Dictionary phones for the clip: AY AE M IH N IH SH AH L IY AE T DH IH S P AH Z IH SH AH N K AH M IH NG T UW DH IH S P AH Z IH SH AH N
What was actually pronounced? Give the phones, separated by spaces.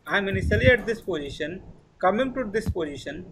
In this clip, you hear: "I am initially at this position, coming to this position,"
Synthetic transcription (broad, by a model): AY M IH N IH S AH L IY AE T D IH S P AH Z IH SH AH N K AH M IH NG T UW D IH S P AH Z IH SH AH N